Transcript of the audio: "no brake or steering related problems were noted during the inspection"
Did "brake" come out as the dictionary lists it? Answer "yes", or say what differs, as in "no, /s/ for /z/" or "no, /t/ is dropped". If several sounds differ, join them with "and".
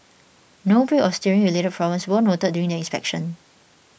no, /k/ is dropped